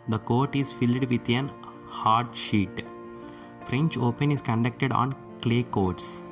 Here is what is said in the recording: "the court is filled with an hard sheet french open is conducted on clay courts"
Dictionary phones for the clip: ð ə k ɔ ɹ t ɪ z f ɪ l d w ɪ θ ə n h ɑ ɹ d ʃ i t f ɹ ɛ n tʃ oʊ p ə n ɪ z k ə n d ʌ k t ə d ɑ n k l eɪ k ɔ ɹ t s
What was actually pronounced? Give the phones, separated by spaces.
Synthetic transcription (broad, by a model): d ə k ɔ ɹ t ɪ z f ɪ l d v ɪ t ə n h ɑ ɹ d ʃ i t f ɹ ɛ n tʃ oʊ p ə n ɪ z k ə n d ʌ k t ə d ɑ n k l eɪ k ɔ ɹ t s